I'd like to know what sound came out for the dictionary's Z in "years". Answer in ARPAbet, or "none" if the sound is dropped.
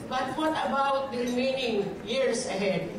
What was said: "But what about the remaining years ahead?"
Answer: S